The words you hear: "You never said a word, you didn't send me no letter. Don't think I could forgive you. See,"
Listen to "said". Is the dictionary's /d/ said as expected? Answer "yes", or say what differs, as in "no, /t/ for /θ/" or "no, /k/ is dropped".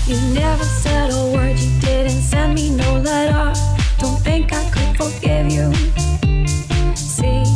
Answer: yes